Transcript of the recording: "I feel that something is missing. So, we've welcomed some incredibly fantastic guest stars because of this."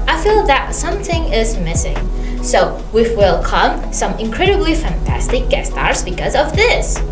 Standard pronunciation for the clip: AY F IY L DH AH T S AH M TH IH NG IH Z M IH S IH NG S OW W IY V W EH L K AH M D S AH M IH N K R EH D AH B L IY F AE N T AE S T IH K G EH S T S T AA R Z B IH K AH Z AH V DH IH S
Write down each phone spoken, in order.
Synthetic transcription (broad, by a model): AY F IY L DH AH T S AH M TH IH NG IH Z M IH S IH NG S OW W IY F W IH L K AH M S AH M IH N K R EH D AH B L IY F AE N T AE S T IH K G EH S S T AA R Z B IH K AH Z AH V DH IH S